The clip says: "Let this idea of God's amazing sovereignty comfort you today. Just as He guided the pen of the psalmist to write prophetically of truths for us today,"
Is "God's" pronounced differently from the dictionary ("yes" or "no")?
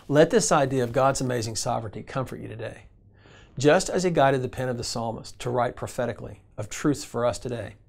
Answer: no